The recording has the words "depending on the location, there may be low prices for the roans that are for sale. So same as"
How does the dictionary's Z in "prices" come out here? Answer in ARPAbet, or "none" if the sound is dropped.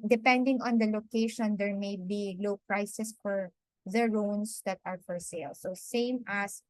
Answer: S